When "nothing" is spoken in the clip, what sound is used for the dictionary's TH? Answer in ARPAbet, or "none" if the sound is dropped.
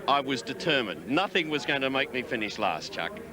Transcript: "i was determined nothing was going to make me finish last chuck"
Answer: TH